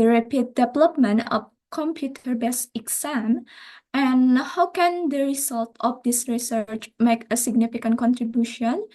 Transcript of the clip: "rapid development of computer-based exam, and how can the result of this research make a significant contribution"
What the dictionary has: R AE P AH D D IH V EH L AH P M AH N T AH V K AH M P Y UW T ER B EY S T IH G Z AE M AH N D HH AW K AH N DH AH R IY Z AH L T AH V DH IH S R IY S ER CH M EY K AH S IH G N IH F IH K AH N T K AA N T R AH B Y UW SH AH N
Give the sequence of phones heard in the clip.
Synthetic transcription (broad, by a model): R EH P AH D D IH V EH L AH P M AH N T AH F K AH M P Y UW T ER B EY S IH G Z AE M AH N HH AW K AH N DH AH R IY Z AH L T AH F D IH S R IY S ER CH M EY K AH S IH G N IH F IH K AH N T K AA N T R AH B Y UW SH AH N